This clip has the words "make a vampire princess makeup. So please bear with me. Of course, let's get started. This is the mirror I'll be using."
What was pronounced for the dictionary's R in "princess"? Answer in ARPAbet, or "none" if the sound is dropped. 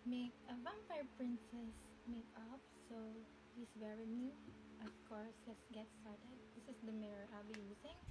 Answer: R